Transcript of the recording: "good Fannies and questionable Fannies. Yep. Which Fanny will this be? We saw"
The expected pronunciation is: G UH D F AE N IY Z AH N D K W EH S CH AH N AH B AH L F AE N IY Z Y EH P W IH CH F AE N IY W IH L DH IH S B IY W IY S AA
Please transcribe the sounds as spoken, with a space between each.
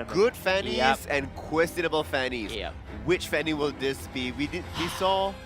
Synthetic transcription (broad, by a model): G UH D F AE N IY Z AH N K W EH S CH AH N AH B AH L F AE N IY Z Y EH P W IH CH F AE N IY W IH L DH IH S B IY W IY S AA